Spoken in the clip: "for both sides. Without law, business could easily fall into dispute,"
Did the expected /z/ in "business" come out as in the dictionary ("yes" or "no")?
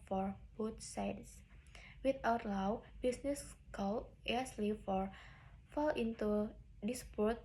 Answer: no